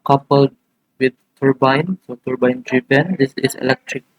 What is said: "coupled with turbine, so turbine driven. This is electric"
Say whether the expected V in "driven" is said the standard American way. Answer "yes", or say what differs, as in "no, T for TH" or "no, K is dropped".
no, B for V